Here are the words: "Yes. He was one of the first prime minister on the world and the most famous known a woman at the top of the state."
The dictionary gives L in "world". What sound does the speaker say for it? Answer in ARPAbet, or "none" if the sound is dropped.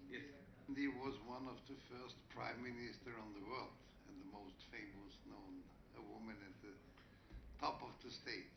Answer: L